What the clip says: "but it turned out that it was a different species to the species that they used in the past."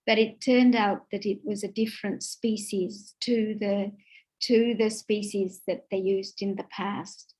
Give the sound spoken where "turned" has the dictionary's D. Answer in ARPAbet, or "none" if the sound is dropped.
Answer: D